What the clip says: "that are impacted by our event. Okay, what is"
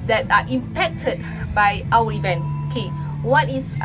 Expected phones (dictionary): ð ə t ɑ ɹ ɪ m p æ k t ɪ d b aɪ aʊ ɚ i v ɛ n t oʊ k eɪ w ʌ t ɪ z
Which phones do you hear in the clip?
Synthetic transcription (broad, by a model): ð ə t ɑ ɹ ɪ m p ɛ k t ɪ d b aɪ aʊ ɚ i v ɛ n oʊ k eɪ w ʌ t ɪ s